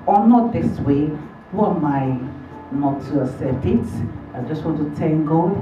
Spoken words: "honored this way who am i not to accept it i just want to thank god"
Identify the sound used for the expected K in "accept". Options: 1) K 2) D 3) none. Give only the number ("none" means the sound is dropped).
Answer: 3